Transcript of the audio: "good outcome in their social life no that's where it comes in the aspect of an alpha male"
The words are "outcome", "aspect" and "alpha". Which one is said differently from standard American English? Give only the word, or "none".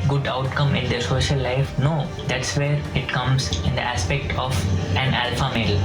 none